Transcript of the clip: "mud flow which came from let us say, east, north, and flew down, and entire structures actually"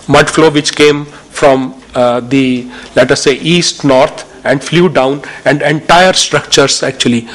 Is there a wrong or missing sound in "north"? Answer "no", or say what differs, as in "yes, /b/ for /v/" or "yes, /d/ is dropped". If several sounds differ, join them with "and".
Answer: yes, /t/ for /θ/